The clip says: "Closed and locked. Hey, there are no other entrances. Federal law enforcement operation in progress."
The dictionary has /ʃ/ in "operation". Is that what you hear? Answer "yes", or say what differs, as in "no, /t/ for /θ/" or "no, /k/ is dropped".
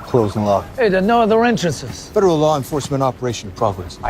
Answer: no, /ʃ/ is dropped